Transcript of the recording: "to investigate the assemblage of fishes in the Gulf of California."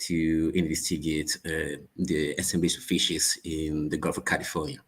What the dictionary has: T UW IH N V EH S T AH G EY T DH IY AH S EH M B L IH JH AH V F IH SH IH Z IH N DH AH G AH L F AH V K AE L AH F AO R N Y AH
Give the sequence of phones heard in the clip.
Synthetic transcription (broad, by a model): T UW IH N IY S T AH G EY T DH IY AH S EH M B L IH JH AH F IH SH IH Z IH N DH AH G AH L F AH K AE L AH F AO N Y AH